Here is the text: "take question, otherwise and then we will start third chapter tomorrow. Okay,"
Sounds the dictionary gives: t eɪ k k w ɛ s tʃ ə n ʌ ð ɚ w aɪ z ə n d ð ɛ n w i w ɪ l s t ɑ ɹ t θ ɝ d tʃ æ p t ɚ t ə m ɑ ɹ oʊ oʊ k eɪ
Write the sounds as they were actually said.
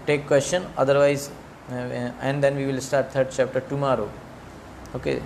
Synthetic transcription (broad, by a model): t eɪ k k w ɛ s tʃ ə n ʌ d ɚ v aɪ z ə n d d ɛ n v i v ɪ l s t ɑ ɹ t t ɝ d tʃ æ p t ɚ t ə m ɑ ɹ oʊ oʊ k eɪ